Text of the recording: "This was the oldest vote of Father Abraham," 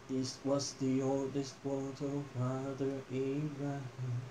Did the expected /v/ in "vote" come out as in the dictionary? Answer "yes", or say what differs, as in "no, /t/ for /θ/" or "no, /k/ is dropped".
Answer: no, /w/ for /v/